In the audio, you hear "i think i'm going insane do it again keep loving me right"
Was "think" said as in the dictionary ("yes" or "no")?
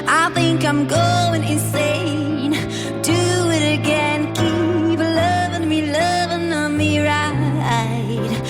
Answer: yes